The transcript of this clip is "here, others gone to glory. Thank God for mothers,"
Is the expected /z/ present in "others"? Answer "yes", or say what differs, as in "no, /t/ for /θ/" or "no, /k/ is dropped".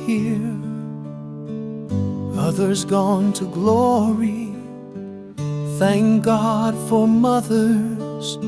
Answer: yes